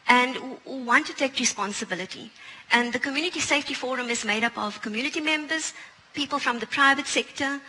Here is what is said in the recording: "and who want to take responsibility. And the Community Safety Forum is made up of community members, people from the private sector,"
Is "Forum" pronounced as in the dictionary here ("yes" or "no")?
yes